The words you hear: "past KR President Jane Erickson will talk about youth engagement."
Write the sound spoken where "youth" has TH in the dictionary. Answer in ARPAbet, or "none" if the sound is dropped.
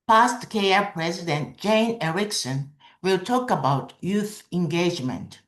TH